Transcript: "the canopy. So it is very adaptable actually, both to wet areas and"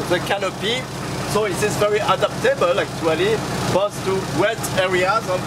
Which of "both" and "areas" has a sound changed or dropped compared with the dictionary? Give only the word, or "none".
both